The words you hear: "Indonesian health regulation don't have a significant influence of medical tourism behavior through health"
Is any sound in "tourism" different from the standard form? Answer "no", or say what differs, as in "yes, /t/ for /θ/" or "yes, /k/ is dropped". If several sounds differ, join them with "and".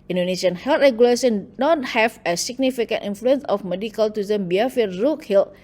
yes, /ɹ/ is dropped